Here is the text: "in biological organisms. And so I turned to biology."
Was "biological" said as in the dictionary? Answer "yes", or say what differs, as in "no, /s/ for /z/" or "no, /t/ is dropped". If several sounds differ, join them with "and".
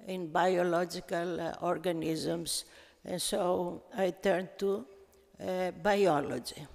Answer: yes